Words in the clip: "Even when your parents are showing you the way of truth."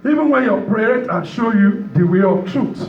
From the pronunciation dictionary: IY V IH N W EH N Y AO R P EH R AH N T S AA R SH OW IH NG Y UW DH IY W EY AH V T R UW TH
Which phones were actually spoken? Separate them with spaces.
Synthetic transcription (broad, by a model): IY V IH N W EH N Y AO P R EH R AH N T AA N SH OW Y UW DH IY W EY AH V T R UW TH